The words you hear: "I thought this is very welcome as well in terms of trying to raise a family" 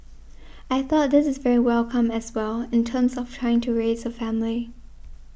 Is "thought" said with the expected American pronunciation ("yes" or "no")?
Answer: yes